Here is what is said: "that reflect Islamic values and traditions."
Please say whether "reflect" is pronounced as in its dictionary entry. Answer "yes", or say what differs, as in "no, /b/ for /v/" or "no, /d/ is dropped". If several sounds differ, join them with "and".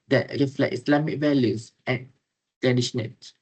no, /k/ is dropped